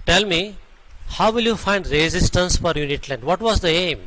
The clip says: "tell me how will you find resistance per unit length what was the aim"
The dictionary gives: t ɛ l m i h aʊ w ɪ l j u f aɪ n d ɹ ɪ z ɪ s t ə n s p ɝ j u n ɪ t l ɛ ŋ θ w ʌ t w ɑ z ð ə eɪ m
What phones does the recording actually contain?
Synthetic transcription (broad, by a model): t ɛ l m i h aʊ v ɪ l j u f aɪ n d ɹ ɪ z ɪ s t ə n s f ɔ j u n ɪ t l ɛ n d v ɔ t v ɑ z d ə eɪ m